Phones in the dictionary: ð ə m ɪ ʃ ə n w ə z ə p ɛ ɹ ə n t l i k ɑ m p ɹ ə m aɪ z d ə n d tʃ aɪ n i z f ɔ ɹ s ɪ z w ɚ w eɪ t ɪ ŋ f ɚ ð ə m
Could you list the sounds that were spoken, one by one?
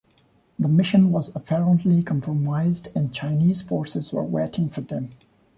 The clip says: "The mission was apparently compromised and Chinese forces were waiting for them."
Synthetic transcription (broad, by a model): ð ə m ɪ ʃ ə n w ə z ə p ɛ ɹ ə n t l i k ɑ m p ɹ ə m aɪ z d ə n tʃ aɪ n i z f ɔ ɹ s ɪ z w ɚ w eɪ t ɪ ŋ f ɚ ð ə m